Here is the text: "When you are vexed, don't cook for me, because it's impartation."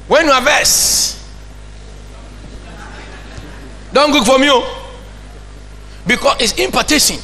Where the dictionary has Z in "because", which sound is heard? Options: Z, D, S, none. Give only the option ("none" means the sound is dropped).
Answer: S